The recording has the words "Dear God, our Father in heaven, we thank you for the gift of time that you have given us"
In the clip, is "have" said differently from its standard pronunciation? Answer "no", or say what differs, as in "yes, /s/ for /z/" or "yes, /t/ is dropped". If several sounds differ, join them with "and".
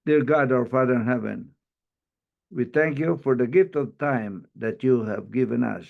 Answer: no